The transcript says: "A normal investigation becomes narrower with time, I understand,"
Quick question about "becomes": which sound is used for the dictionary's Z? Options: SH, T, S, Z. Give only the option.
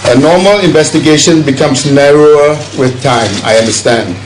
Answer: S